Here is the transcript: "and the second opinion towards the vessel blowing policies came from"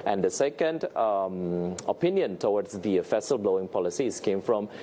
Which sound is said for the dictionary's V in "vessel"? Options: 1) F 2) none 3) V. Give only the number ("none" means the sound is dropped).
1